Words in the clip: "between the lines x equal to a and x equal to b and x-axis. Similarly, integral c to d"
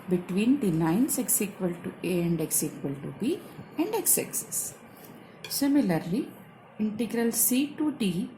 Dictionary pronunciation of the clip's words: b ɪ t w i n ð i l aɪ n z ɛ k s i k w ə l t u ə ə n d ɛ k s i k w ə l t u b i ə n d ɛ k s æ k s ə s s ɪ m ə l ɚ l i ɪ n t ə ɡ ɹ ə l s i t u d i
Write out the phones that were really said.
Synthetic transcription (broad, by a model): b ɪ t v i n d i n aɪ n s ɛ k s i k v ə l t u ə ə n d ɛ k s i k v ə l t u b i ə n d ɛ k s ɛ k s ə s s ɪ m ə l ɚ l i ɪ n t ə ɡ ɹ ə l s i t u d i